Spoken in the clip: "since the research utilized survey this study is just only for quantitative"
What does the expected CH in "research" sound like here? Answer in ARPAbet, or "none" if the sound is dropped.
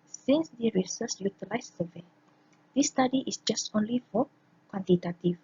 S